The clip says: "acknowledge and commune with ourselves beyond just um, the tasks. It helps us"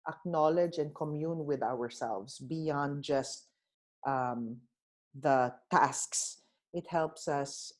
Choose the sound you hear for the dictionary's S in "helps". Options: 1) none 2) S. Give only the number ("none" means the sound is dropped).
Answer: 2